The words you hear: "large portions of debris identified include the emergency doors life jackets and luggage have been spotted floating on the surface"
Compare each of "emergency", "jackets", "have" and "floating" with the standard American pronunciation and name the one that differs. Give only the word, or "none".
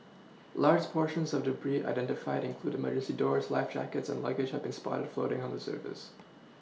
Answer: emergency